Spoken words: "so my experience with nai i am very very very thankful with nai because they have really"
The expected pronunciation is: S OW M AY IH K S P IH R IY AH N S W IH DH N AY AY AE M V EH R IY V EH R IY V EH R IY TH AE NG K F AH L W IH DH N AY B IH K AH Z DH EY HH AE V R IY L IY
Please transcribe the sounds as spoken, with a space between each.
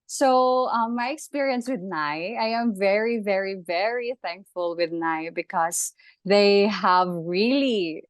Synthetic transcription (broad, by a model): S OW M AY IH K S P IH R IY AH N S W IH DH N AY AY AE M V EH R IY V EH R IY V EH R IY TH AE NG K F AH L W IH DH N AY B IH K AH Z DH EY HH AE V R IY L IY